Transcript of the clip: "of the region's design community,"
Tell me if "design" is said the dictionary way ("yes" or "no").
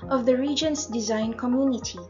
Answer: yes